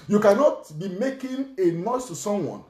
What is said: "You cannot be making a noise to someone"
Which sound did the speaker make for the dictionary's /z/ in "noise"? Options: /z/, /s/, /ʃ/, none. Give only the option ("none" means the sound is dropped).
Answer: /s/